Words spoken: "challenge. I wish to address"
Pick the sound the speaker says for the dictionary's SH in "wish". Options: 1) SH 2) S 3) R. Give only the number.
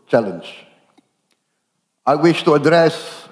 1